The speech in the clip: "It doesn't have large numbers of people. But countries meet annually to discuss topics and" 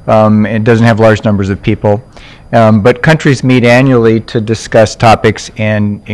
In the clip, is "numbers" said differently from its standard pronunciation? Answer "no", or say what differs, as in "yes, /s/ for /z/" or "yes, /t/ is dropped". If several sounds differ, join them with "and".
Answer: no